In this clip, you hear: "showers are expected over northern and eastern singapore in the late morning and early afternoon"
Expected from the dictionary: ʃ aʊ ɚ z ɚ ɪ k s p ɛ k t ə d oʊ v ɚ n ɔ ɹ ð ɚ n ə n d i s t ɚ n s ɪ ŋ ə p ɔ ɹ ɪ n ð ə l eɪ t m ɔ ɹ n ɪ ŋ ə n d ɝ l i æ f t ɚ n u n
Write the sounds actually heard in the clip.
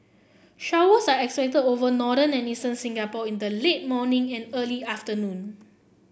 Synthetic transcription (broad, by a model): ʃ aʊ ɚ s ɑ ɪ k s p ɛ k t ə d oʊ v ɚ n ɔ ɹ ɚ n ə n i s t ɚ n s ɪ ŋ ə p ɔ ɪ n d ə l eɪ t m ɔ n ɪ ŋ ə n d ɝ l i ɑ f t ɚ n u n